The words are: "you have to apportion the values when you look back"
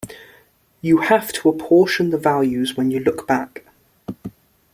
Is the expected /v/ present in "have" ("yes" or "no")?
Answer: no